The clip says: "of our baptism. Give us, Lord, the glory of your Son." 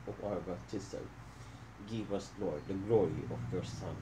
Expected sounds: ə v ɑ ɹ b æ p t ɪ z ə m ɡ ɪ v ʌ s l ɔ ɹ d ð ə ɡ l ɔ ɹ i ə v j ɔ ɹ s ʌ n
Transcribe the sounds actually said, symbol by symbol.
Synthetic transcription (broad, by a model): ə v ɑ ɹ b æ t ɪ s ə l ɡ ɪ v ʌ s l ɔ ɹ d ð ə ɡ l ɔ ɹ i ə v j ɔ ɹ s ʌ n